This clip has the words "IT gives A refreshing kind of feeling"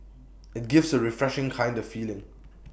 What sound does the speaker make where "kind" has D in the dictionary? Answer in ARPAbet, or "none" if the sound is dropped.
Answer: D